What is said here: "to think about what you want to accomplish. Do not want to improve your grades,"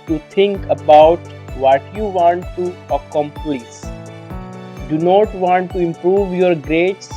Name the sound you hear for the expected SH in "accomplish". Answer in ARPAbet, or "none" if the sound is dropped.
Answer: S